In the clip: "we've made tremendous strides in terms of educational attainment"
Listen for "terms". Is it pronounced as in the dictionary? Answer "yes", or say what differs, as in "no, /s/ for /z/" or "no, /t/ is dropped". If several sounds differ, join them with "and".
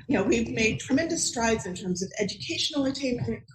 yes